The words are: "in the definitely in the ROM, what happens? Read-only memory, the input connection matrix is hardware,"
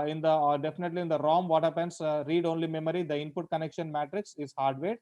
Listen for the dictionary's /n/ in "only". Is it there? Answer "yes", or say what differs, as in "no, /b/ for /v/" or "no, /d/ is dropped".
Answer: yes